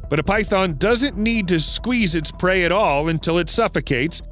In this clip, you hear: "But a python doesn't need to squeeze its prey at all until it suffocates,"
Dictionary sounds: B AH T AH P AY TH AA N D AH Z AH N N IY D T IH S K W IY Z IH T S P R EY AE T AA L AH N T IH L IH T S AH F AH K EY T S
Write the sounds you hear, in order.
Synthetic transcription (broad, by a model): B AH T AH P AY TH AA N D AH Z AH N N IY D T IH S K W IY Z IH T S P R EY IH T AA L AH N T IH L IH T S AH F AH K EY T S